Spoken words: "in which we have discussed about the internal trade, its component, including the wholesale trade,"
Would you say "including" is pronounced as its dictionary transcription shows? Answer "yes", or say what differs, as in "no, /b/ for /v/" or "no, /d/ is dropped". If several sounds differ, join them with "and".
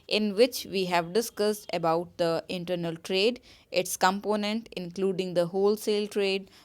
yes